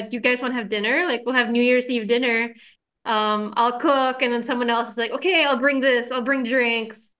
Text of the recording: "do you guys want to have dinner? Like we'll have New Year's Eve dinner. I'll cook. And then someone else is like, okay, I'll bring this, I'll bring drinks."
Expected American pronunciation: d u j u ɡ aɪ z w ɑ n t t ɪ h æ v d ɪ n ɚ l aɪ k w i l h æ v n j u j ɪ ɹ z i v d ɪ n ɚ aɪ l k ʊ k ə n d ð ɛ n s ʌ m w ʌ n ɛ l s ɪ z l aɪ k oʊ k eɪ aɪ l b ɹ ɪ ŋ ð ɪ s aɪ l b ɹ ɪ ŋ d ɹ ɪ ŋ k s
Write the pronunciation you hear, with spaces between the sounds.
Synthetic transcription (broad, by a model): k j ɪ ɡ aɪ z w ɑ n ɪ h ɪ v d ɪ n ɚ l aɪ k w i l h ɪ v n j u j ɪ ɹ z i v d ɪ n ɚ aɪ l k ʊ k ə n ð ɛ n s ʌ m w ʌ n ɛ l s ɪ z l aɪ k oʊ k eɪ aɪ l b ɹ ɪ ŋ ð ɪ s aɪ l b ɹ ɪ ŋ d ɹ ɪ ŋ k s